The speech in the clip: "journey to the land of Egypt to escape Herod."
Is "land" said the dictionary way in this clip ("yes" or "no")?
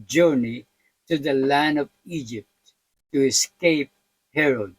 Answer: yes